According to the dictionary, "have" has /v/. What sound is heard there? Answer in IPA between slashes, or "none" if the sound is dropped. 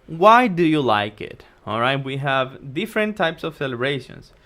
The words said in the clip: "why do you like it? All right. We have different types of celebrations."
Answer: /v/